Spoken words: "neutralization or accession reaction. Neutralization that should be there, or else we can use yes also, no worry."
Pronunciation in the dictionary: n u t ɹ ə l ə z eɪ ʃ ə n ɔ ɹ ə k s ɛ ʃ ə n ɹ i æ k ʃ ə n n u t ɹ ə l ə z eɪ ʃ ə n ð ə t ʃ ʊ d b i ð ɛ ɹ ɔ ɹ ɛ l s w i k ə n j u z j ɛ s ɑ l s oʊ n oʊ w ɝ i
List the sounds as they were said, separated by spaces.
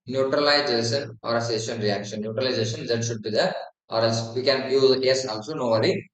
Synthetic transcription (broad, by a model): n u t ɹ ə l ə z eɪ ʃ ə n ɔ ɹ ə s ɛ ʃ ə n ɹ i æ k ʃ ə n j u t ɹ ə l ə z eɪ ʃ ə n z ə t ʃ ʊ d b i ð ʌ ɔ ɹ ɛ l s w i k ə n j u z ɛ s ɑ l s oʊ n oʊ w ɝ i